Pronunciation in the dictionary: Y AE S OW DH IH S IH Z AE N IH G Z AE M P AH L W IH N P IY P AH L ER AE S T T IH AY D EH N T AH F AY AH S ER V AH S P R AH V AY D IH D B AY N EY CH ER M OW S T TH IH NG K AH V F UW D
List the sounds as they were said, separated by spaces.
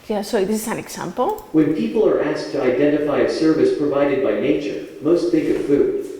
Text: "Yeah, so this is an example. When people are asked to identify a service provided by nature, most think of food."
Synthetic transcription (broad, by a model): Y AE S OW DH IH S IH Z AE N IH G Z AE M P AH L W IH N P IY P L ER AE S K T IH AY D EH N T AH F AY AH S ER V AH S P R AH V AY D IH D B AY N EY CH ER M OW S T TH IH K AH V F UW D